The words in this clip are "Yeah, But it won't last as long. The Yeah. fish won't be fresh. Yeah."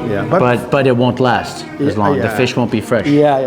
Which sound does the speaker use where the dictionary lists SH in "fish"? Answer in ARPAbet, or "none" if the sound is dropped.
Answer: SH